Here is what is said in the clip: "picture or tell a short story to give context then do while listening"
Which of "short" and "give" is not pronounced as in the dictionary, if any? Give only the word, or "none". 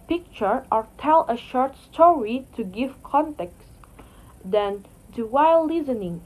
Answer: none